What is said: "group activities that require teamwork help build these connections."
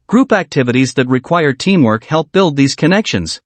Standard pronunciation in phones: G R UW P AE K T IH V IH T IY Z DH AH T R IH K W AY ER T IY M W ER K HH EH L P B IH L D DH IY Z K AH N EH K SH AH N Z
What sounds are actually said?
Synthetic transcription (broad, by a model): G R UW P AE K T IH V IH T IY Z DH AH T R IH K W AY ER T IY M W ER K HH EH L P B IH L D DH IY Z K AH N EH K SH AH N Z